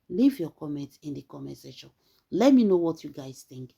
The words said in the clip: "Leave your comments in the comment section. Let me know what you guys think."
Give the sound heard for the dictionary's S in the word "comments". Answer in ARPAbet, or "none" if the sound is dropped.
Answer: none